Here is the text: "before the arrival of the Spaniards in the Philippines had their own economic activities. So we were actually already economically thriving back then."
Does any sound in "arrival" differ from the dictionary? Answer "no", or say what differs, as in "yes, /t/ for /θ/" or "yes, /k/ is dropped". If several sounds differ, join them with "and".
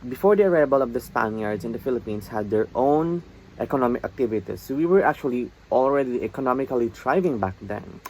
yes, /b/ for /v/